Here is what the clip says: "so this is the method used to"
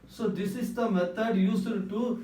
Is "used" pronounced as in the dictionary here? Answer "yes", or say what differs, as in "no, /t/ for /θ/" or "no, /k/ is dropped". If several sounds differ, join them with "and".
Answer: no, /s/ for /z/